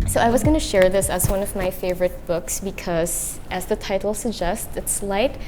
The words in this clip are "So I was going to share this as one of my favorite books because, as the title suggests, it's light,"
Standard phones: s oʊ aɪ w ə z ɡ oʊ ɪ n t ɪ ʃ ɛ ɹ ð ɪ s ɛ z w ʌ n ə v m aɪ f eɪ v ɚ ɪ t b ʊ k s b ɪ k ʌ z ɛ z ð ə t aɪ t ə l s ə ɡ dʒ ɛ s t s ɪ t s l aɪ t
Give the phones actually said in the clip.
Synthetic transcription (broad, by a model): s oʊ aɪ w ə z ɡ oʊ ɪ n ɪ ʃ ɛ ɹ ð ɪ s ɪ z w ʌ n ə v m aɪ f eɪ v ɚ ɪ t b ʊ k s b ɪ k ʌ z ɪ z ð ə t aɪ t l s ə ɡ dʒ ɛ s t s ɪ t s l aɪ t